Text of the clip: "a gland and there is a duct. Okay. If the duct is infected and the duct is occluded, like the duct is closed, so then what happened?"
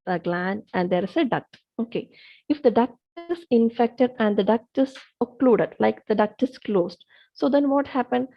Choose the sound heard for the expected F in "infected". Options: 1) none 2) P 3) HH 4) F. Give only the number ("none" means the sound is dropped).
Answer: 4